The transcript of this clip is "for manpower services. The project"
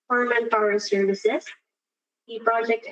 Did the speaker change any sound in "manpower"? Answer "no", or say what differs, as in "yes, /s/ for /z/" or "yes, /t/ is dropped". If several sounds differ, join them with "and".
yes, /f/ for /p/